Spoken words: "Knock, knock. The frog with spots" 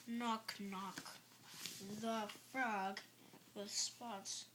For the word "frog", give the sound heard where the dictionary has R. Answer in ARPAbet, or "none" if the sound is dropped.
R